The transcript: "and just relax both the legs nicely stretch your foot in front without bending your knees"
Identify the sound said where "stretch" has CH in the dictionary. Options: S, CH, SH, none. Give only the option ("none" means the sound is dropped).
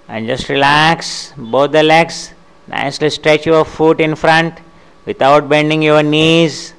CH